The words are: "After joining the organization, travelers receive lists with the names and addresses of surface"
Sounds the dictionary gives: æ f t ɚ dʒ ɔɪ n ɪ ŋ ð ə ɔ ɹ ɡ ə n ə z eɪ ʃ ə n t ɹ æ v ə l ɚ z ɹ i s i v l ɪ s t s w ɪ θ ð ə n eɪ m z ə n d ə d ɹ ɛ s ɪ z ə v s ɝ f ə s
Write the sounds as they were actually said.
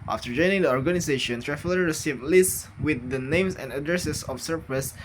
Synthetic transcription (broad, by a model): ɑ f t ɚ dʒ ɔɪ n ɪ ŋ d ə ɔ ɹ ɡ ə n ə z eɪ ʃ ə n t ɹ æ f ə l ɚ ɹ i s i v l ɪ s t s w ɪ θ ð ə n eɪ m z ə n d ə d ɹ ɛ s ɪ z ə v s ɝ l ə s